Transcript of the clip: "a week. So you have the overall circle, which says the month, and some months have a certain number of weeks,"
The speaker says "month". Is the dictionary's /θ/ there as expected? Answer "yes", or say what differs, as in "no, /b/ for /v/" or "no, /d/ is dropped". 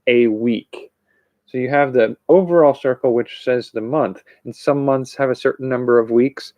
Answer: yes